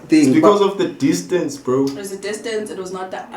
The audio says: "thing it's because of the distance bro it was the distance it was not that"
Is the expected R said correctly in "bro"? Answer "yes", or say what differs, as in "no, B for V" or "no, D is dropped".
yes